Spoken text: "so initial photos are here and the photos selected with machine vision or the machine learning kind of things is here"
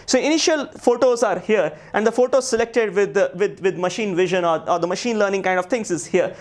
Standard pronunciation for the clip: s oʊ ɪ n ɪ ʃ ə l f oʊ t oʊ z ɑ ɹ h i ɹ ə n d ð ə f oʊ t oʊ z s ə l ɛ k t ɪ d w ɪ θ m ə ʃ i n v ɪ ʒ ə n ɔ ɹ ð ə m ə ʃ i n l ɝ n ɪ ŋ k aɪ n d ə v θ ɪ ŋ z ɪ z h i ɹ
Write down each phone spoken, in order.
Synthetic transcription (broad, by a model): s oʊ ɪ n ɪ ʃ ə l f oʊ t oʊ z ɑ ɹ h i ɹ ə n d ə f oʊ t oʊ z s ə l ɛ k t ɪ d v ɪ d m ə ʃ i n v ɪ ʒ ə n ɔ ɹ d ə m ə ʃ i n l ɝ n ɪ ŋ k aɪ n d ə v t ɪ ŋ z ɪ z h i ɹ